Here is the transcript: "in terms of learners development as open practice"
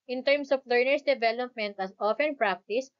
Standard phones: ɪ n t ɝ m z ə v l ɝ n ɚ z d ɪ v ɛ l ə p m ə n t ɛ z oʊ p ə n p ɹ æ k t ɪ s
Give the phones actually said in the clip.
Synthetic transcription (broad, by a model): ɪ n t ɝ m s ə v l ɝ n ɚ s d ɪ v ɛ l ə p m ə n t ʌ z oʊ f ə n p ɹ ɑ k t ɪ s